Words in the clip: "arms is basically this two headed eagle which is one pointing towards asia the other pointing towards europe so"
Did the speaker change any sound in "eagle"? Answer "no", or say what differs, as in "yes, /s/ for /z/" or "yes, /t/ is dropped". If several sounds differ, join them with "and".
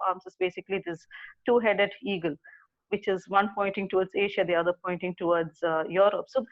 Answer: no